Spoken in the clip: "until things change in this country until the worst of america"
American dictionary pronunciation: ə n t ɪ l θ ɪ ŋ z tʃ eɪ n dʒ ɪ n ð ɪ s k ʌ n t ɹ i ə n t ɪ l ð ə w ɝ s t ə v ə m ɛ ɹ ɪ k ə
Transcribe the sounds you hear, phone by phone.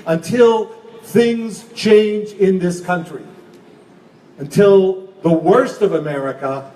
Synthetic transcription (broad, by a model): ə n t ɪ l θ ɪ ŋ z tʃ eɪ n dʒ ɪ n ð ɪ s k ʌ n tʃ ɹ i ə n t ɪ l ð ə w ɝ s t ə v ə m ɛ ɹ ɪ k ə